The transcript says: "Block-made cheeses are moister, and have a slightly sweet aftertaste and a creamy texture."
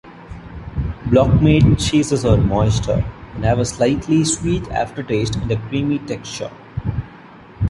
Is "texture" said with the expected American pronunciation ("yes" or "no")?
yes